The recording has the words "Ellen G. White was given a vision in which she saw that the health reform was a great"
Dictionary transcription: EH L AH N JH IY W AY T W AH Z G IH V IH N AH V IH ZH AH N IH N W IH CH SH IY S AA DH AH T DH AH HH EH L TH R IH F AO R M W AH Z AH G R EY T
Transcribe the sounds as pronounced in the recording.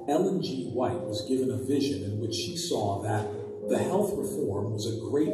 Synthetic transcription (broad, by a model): EH L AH N JH IY W AY T W AH Z G IH V IH N AH V IH ZH AH N IH N W IH CH SH IY S AA DH AH T DH AH HH EH L TH R IH F AO R M W AH Z AH G R EY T